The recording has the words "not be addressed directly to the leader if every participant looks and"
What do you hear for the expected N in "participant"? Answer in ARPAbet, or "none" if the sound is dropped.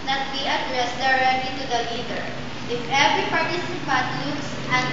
none